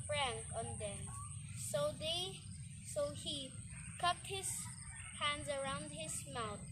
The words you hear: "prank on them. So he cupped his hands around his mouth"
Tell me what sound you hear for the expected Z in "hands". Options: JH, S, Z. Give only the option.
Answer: Z